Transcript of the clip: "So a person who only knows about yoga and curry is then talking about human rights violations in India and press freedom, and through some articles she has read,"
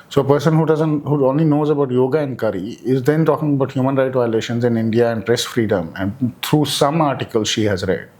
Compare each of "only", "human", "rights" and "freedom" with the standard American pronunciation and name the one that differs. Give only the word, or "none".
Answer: rights